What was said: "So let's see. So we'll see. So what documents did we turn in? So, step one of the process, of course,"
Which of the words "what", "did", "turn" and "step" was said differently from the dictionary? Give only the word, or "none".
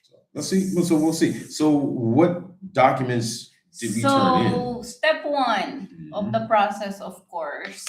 turn